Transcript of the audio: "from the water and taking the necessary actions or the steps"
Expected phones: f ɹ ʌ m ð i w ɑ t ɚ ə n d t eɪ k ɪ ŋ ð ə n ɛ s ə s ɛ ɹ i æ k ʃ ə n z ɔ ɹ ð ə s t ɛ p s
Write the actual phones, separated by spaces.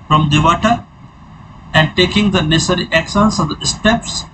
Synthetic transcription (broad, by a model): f ɹ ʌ m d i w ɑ t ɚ ə n d t eɪ k ɪ ŋ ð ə n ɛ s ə s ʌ ɹ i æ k s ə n s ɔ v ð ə s t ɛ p s